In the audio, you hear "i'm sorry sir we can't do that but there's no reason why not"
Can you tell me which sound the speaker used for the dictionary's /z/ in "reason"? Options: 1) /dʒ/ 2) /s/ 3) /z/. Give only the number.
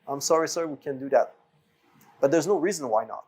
3